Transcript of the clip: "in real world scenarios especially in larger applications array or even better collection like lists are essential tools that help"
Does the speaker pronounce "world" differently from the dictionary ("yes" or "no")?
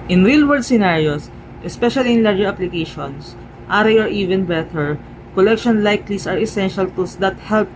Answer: yes